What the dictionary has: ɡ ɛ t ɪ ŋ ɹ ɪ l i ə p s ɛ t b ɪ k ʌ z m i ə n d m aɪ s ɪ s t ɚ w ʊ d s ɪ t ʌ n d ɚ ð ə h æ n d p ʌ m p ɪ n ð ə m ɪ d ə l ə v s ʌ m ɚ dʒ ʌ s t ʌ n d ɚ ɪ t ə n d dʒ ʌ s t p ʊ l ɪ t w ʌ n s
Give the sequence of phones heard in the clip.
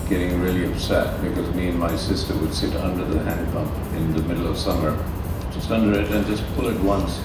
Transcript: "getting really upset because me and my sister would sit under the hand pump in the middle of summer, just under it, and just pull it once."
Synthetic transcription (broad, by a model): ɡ ɛ t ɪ ŋ ɹ ɪ l i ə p s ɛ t b ɪ k ʌ z m i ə n m aɪ s ɪ s t ɚ w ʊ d s ɪ t ʌ n d ɚ ð ə h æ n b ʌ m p ɪ n ð ə m ɪ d l ə v s ʌ m ɚ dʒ ʌ s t ʌ n d ɚ ɪ t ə n dʒ ʌ s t p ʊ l ɪ t w ʌ n s